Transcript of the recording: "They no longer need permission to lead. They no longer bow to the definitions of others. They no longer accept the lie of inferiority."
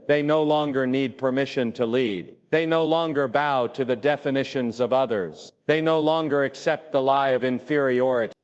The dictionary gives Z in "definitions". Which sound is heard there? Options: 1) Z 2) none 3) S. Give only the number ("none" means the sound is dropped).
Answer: 1